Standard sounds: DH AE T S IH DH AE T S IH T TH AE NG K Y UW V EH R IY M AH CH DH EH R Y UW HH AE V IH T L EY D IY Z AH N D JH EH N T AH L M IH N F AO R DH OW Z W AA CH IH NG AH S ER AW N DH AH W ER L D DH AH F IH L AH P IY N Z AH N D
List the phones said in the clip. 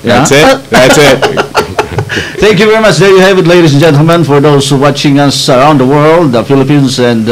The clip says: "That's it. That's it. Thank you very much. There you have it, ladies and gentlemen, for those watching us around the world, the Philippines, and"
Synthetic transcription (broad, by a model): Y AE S IH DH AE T S IH T TH AE NG K Y UW V EH R IY M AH CH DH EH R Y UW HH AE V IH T L EY D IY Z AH N JH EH N T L M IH N F AO R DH OW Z W AA CH IH NG AH S ER AW N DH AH W ER L D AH F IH L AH P IY N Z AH N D